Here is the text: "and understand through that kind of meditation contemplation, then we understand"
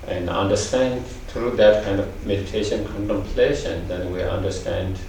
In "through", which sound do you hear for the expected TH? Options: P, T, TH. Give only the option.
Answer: T